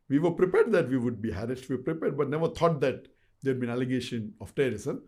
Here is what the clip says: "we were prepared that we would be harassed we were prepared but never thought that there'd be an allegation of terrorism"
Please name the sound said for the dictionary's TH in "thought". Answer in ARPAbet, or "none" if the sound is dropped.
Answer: T